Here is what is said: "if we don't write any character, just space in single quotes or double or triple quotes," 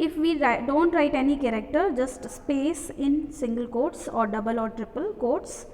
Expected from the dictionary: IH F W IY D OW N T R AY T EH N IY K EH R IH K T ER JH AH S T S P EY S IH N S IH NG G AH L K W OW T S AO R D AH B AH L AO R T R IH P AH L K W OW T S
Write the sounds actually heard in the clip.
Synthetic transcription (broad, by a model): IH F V IY D OW N T R AY T EH N IY K EH R IH K T ER JH AH S T S P EY S IH N S IH NG G AH L K OW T S AO R D AH B AH L AO R T R IH P AH L K OW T S